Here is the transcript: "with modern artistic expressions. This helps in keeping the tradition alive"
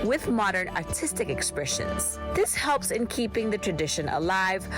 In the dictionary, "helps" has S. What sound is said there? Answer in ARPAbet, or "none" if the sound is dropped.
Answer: S